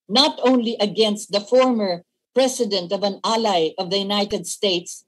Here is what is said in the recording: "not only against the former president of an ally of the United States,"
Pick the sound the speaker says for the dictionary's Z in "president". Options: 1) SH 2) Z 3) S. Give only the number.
3